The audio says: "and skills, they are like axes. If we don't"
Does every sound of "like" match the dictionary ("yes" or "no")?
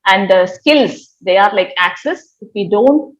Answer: yes